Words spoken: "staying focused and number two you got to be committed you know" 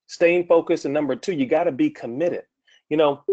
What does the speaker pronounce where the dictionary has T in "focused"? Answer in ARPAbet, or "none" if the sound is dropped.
none